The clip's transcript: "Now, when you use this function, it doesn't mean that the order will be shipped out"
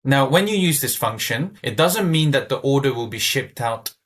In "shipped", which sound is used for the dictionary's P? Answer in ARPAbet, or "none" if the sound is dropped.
P